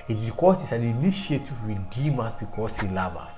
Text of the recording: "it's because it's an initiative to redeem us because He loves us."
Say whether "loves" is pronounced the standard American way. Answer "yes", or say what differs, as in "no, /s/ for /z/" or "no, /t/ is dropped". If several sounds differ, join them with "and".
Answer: no, /z/ is dropped